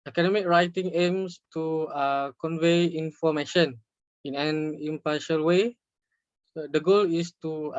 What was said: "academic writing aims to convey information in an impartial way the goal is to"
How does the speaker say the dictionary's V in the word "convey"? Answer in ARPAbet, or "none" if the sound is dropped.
V